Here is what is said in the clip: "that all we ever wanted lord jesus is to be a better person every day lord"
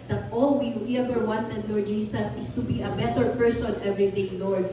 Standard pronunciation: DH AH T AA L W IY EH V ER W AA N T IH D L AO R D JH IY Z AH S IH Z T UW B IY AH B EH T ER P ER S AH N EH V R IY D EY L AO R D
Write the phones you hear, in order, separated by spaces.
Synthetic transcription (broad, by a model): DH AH T AA L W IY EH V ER W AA N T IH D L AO R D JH IY S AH S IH S T UW B IY AH B EH T ER P ER S AH N EH V R IY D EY L AO R D